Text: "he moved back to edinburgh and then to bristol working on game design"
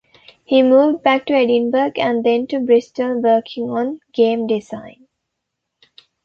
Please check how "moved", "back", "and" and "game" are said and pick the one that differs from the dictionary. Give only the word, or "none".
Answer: none